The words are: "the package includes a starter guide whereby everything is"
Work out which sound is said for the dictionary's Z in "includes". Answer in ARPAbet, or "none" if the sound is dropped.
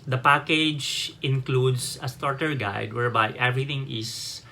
S